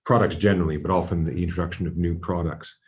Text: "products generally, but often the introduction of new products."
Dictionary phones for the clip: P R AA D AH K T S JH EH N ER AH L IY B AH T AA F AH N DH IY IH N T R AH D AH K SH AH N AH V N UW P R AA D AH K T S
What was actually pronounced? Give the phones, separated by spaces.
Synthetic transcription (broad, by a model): P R AA D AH K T S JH EH N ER L IY B AH T AA F AH N DH IY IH N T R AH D AH K SH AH N AH V N UW P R AA D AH K T S